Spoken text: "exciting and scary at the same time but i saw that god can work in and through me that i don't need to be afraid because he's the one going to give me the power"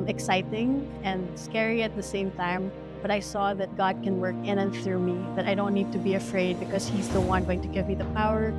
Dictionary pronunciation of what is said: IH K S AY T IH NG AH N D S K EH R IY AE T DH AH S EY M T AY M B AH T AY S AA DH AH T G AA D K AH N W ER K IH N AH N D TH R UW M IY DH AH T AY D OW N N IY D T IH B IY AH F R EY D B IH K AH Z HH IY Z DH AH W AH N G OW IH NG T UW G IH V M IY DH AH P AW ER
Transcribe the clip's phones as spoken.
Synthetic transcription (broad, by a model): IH K S AY T IH NG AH N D S K EH R IY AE T DH AH S EY M T AY M B AH T AY S AA DH AH T G AA D K AH N W ER K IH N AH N TH R UW M IY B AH T AY D OW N N IY D T IH B IY AH F R EY D B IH K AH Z HH IY Z DH AH W AH N G OW IH NG T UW G IH V M IY DH AH P AW ER